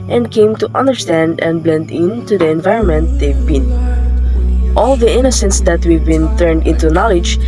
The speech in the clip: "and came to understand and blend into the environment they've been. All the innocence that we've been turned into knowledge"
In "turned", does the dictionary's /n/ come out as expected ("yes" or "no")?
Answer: yes